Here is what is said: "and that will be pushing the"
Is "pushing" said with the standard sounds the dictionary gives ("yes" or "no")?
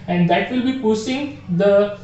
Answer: no